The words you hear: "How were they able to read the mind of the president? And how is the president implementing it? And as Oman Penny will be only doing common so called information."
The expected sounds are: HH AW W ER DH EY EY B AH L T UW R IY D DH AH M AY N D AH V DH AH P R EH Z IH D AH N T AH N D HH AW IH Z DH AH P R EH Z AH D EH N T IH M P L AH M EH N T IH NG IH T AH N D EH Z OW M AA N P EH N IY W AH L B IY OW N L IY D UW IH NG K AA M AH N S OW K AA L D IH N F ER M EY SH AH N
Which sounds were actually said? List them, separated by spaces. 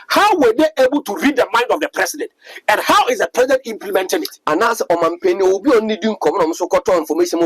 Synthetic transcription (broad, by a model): HH AW W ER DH EY EY B AH L T UW R IY D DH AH M AY N D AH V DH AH P R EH S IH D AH N T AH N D HH AW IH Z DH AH P R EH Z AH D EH N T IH M P L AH M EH N T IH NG IH T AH N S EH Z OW M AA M P EH N IY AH B IY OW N N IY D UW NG K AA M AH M S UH K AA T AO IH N F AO M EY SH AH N